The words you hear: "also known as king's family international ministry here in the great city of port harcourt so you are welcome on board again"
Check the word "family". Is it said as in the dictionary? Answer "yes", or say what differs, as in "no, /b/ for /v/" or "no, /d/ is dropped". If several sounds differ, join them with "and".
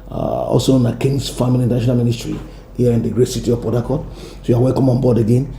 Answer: no, /n/ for /l/